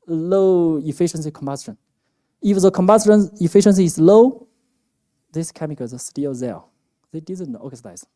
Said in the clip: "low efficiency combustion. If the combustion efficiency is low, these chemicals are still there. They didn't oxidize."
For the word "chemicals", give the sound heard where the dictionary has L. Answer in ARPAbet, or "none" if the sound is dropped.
none